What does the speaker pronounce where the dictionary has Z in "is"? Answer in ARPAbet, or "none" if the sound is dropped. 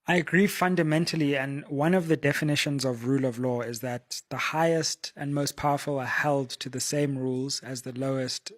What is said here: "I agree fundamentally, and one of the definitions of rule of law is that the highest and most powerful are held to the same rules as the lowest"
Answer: Z